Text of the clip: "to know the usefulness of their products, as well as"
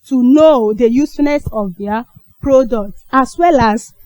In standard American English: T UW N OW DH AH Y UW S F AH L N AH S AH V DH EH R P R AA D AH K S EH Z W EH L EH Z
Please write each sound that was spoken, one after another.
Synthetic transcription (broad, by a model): T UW N OW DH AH Y UW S F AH N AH S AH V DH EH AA P R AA D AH K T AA S W EH L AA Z